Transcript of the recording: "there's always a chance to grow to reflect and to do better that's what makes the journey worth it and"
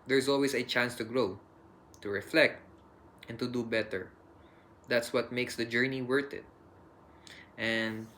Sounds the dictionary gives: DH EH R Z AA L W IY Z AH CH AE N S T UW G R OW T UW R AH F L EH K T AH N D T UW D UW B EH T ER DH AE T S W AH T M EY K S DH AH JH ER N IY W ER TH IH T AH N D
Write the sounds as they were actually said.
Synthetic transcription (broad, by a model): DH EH R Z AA L W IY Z AH CH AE N S T UW G R OW T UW R AH F L EH K T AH N T UW D UW B EH T ER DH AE T S W AH T M EY K S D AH JH ER N IY W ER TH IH T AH N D